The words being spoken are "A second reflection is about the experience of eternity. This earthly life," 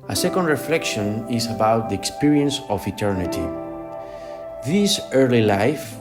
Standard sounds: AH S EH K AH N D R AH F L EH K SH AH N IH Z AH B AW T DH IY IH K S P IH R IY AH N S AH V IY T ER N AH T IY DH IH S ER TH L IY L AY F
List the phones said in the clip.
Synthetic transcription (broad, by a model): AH S EH K AH N D R AH F L EH K SH AH N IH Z AH B AW T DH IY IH K S P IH R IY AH N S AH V IY T ER N AH T IY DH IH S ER L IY L AY F